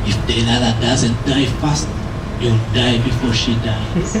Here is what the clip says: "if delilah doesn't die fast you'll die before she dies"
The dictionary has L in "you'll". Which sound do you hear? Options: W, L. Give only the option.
W